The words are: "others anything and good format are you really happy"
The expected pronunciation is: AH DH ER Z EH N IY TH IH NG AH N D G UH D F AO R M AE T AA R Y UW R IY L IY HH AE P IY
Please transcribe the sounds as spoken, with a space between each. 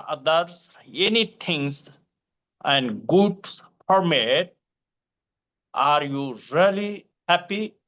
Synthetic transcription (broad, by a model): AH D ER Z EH N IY T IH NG AH N D G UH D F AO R M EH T AA R Y UW R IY L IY HH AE P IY